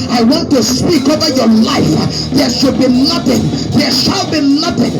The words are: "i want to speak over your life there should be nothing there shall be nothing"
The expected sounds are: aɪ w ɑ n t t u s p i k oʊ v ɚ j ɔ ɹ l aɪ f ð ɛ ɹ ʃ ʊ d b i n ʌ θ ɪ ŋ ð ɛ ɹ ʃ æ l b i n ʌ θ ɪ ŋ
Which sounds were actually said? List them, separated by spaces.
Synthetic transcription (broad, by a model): aɪ w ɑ n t t u s p i k oʊ v ɚ j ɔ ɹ l aɪ f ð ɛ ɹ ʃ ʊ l b i n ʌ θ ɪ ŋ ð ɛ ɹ ʃ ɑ l b i n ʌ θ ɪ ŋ